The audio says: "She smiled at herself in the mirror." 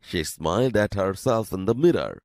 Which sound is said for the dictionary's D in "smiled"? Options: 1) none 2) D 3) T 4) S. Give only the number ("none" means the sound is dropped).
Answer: 2